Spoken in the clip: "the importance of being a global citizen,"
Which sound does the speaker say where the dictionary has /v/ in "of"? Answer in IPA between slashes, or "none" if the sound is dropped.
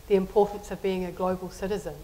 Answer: /v/